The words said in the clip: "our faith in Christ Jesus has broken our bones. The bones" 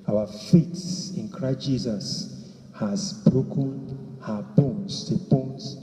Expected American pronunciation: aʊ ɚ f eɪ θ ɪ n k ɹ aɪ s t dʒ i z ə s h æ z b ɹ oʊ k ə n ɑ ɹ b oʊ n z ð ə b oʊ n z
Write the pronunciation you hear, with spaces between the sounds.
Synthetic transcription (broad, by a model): aʊ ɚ f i s ɪ n k ɹ aɪ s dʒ i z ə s h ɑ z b ɹ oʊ k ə n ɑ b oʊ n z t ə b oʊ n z